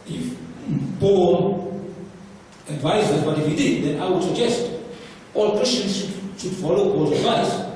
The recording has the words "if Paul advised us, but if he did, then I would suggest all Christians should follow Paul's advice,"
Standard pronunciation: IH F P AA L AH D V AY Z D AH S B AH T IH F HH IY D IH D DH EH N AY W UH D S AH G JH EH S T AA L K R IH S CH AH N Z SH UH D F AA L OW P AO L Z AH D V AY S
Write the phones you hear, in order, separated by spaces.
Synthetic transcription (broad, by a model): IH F B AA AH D V AY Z AH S B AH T IH F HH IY D IH D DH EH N AY W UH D S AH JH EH S T AA L K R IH S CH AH N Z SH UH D F AA L OW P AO Z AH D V AY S